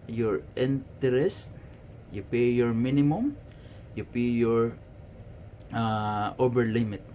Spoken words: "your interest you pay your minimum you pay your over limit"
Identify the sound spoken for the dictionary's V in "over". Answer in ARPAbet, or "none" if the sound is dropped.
B